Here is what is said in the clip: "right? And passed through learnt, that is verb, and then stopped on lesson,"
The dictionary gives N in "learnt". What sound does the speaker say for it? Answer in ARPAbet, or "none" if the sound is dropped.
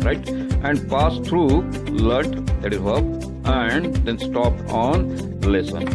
none